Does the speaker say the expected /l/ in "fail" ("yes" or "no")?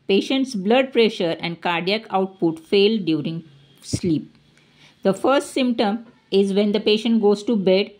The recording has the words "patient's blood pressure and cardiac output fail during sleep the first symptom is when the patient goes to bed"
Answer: yes